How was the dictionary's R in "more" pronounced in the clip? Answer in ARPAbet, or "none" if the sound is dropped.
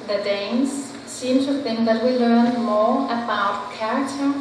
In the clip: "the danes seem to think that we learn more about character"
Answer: R